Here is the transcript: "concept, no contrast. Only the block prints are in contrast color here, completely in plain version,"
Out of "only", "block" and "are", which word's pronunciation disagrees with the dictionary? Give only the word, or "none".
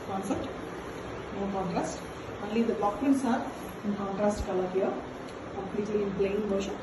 block